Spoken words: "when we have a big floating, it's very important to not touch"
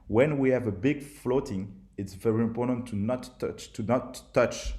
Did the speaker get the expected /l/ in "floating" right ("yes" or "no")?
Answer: yes